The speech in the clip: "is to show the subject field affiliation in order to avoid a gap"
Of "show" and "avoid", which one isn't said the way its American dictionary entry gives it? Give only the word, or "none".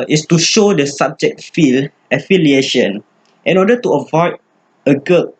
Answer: none